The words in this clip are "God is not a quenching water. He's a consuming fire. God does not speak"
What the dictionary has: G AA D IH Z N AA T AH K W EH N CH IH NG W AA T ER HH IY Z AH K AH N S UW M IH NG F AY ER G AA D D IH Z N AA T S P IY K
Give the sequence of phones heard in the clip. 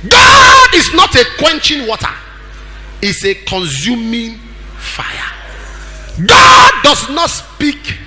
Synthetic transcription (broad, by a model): G AA D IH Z N AA T AH K W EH N CH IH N W AA T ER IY S AH K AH N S UW M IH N F AY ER G AA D D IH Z N AA T S P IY K